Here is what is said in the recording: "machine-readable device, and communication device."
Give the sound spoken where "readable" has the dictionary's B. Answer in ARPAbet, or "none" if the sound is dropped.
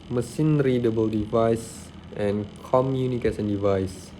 B